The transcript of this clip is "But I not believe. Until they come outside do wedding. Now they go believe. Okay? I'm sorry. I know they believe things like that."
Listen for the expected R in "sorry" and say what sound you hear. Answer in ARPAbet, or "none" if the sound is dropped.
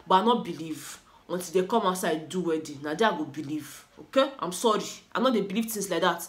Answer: R